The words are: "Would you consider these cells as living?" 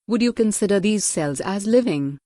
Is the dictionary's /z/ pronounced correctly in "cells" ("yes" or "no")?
yes